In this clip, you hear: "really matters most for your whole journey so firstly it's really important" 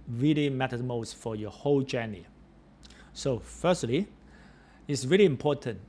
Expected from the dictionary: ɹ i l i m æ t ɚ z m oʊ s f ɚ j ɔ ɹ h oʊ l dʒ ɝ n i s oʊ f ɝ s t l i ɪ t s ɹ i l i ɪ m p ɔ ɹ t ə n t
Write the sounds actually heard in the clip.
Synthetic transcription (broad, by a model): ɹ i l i m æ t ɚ m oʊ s f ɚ j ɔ h oʊ l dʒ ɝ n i s oʊ f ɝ s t l i ɪ t s ɹ i l i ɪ m p ɔ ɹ t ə n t